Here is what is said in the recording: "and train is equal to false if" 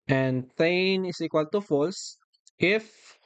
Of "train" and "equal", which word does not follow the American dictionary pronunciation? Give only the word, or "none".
train